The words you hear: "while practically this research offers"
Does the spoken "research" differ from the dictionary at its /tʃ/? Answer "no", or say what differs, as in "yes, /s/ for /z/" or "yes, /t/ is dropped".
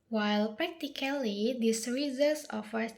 yes, /s/ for /tʃ/